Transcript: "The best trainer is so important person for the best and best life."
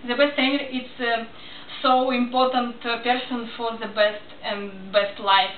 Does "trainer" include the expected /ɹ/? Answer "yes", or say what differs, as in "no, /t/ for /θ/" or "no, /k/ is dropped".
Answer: no, /ɹ/ is dropped